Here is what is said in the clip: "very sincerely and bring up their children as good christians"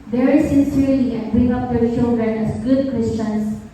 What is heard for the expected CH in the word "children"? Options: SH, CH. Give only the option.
SH